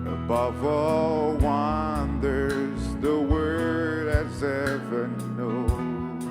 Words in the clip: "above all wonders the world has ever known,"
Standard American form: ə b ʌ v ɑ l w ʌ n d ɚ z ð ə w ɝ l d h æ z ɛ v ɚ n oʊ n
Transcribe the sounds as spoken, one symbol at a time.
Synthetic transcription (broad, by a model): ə b ʌ v ɑ l w ʌ n d ɚ z ð ə w ɝ d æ z ɛ v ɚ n oʊ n